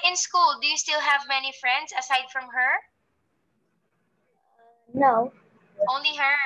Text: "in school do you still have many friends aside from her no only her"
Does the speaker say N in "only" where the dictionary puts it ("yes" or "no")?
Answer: yes